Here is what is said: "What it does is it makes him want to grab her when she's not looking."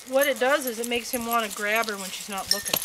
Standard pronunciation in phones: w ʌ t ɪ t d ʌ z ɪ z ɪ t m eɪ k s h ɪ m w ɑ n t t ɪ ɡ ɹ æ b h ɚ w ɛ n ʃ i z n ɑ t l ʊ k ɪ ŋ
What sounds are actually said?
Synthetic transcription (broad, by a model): w ʌ t ɪ t d ʌ z ɪ z ɪ t m eɪ k s h ɪ m w ɑ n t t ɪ ɡ ɹ æ b ɚ w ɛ n ʃ i z n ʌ t l ʊ k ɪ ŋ